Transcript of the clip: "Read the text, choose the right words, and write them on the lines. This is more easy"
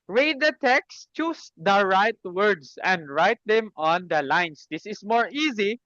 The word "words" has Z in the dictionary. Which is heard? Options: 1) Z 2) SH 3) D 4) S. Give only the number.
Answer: 4